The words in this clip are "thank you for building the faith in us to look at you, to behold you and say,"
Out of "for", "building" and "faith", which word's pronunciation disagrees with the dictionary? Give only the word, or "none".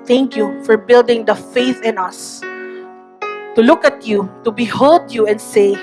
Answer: none